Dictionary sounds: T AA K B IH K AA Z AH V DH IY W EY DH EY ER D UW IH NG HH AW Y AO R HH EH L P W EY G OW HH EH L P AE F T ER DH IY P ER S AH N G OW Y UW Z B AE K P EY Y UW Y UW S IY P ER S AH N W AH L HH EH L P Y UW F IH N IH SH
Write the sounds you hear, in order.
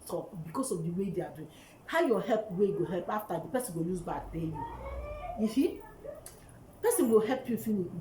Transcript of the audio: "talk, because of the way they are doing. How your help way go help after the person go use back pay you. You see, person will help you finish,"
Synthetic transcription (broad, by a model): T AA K B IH K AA S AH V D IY W EY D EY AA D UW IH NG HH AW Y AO HH EH L P W EY G OW HH EH L P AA F T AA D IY P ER S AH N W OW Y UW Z B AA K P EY Y UW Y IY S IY P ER S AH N W AH L HH EH L P Y UW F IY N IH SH